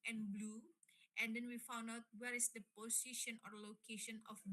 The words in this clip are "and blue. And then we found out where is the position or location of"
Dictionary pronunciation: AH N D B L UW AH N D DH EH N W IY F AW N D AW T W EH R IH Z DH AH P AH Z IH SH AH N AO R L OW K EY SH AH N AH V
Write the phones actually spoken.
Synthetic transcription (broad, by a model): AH N B L UW AH N D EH N W IY F AW N D AW T W EH R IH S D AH P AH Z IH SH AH N AO R L OW K EY SH AH N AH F